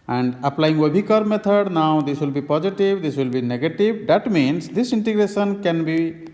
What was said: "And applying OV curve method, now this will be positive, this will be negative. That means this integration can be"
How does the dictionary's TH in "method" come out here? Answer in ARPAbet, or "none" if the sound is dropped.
T